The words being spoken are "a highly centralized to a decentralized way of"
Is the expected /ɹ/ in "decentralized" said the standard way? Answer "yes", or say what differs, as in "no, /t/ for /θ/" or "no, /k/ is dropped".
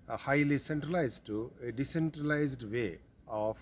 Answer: yes